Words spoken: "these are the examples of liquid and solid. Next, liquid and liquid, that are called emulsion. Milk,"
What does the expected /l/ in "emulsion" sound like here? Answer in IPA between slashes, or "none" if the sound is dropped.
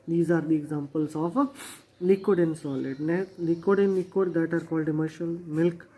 none